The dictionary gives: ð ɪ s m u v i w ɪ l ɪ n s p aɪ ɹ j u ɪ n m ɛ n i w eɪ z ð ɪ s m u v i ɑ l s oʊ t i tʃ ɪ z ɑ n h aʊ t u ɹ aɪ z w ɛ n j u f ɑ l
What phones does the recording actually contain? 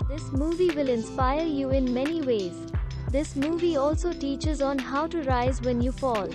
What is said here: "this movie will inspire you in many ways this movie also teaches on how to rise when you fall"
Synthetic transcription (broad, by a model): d ɪ s m u v i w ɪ l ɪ n s p aɪ ɹ j u ɪ n m ɛ n i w eɪ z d ɪ s m u v i ɑ l s oʊ t i tʃ ɪ z ɑ n h aʊ t u ɹ aɪ z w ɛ n j u f ɑ l